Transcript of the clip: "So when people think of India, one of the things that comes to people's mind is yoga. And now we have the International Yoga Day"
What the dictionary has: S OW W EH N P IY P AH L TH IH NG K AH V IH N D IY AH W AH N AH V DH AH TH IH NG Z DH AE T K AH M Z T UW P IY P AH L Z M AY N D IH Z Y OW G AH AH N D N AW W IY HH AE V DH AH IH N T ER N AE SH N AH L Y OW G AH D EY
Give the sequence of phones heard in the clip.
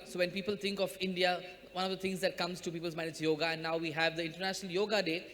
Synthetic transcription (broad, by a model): S OW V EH N P IY P AH L T IH NG K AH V IH N D IY AH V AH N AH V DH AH T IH NG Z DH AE T K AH M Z T UW P IY P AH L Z M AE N IH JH Y OW G AH AH N D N AW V IY HH AE V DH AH IH N T ER N AE SH N AH L Y OW G AH D EY